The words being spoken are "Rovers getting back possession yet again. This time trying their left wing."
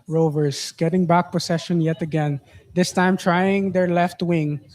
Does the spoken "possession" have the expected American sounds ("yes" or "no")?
no